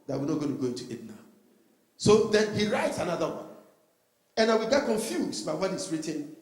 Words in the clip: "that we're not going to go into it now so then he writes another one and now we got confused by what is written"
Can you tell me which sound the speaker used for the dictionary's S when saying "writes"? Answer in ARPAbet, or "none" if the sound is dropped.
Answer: S